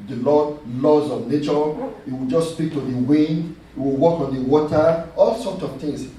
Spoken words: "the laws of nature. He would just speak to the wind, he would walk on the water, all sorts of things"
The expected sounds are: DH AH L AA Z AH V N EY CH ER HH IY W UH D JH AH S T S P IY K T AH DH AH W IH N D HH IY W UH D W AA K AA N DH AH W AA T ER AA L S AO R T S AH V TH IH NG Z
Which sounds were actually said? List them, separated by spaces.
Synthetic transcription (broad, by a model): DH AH L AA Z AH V N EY CH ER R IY W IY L JH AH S S P IY K T AH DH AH W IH N D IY W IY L W AA K AA N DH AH W AA T ER AA L S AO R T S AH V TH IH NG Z